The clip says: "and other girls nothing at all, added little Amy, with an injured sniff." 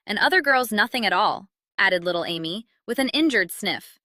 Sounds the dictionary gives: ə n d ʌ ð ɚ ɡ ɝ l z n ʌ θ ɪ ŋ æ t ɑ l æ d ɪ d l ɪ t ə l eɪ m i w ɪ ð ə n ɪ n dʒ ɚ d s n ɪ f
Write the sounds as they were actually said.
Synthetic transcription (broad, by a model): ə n ʌ ð ɚ ɡ ɝ l z n ʌ θ ɪ ŋ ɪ t ɑ l æ d ɪ d l ɪ t l eɪ m i w ɪ ð ə n ɪ n dʒ ɚ d s n ɪ f